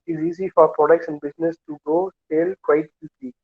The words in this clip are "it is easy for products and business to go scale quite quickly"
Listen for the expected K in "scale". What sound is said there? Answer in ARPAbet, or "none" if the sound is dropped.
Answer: none